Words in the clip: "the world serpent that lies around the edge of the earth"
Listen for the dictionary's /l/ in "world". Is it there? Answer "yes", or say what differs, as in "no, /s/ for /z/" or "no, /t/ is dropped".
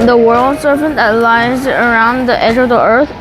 yes